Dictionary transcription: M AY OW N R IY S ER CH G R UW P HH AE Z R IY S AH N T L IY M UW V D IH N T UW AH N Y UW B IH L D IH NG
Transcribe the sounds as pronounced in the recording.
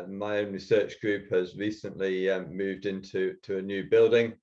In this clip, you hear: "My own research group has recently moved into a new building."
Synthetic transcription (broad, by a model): M AY OW N R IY S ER CH G R UW P HH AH Z R IY S AH N T L IY M UW V D IH N T UW AH N Y UW B IH L D IH NG